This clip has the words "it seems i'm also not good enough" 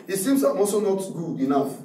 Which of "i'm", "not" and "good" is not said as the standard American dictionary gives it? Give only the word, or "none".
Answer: good